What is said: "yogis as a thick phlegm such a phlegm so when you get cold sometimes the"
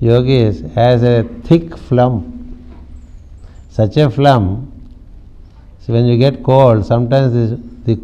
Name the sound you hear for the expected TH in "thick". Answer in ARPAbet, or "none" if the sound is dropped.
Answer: T